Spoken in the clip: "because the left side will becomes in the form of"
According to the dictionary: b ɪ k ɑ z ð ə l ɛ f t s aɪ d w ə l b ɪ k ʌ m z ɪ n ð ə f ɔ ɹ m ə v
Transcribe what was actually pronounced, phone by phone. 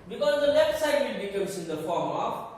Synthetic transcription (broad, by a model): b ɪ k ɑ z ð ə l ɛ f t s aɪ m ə n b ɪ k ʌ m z ɪ n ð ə f ɔ ɹ m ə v